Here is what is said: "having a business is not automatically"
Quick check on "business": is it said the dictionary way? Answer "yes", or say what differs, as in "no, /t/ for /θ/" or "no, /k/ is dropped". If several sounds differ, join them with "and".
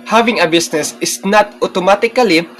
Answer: no, /s/ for /z/